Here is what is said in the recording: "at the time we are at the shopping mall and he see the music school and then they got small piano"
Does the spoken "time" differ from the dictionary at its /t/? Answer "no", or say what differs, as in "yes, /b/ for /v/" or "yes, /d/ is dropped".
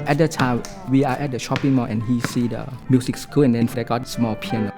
no